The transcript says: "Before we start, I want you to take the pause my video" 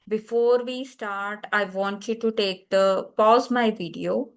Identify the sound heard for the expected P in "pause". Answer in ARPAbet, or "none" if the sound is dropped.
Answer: P